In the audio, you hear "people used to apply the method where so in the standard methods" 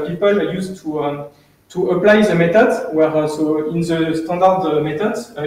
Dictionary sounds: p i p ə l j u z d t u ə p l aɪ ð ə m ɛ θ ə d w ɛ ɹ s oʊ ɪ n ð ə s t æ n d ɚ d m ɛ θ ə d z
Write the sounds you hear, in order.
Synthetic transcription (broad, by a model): p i p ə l j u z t t u ə p l aɪ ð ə m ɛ t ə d w ɛ ɹ s oʊ ɪ n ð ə s t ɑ d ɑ d m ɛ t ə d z